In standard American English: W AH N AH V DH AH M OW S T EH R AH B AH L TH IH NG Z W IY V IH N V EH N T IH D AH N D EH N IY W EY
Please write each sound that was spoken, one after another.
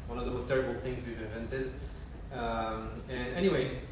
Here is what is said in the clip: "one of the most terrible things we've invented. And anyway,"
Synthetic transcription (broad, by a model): W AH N AH V DH AH M OW S T EH R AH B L TH IH NG Z W IY V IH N V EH N T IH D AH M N EH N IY W EY